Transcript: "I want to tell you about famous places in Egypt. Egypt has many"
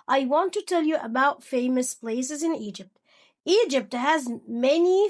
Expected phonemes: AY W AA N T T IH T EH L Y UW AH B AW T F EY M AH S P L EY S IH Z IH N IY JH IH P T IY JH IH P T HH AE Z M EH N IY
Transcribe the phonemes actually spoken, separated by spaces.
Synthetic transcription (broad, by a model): AY W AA N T T IH T EH L Y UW AH B AW T F EY M AH S P L EY S IH Z IH N IY JH IH P T IY JH IH P T HH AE Z M EH N IY